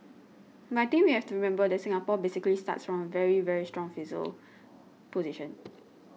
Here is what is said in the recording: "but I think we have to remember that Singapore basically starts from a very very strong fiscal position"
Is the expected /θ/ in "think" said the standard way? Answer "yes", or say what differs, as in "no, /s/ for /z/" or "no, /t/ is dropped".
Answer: no, /t/ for /θ/